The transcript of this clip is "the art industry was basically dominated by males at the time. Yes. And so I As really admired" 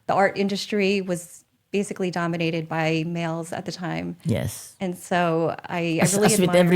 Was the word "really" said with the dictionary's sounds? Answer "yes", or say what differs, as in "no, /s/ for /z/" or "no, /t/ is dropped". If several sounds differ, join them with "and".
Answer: no, /w/ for /l/